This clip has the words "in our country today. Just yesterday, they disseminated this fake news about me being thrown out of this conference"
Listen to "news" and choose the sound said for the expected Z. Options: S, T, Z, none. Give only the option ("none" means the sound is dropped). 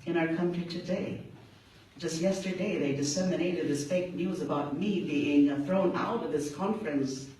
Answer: Z